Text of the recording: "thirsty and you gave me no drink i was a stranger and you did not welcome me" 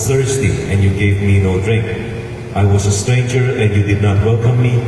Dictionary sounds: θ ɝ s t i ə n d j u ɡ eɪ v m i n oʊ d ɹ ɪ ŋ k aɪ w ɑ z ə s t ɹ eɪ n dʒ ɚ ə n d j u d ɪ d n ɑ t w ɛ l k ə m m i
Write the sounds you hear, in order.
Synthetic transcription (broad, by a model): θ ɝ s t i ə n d j u ɡ eɪ v m i n oʊ d ɹ ɪ ŋ k aɪ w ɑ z ə s t ɹ eɪ n dʒ ɚ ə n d j u d ɪ d n ɑ t w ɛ l k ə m m i